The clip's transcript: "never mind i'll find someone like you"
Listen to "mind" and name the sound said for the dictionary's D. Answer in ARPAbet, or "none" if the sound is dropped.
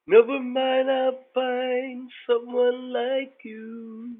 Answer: none